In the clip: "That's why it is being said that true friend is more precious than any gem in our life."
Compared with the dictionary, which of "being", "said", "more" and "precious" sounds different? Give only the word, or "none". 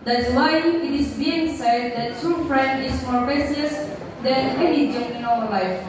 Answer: precious